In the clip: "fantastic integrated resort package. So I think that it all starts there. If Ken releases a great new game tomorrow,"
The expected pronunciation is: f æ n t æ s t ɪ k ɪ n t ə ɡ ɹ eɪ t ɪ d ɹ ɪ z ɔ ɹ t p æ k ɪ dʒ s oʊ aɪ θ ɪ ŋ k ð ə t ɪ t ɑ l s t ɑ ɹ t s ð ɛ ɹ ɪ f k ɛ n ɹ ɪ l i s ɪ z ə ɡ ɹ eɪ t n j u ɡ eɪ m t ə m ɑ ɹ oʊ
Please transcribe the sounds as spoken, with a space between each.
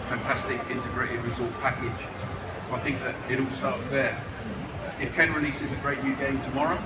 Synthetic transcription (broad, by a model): f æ n t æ s t ɪ k ɪ n t ə ɡ ɹ eɪ t ɪ d ɹ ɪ z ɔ l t p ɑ k ɪ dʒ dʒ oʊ aɪ θ ɪ ŋ k ð ə t ɪ t ɑ l s t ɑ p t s ð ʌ ɪ f k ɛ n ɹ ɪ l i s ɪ z ə ɡ ɹ eɪ t n j u ɡ eɪ m t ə m ɑ ɹ oʊ